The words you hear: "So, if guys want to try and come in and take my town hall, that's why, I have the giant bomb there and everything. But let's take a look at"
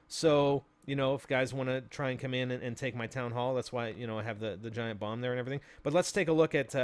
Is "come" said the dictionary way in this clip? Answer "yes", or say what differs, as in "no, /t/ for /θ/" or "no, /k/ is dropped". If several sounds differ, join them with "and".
yes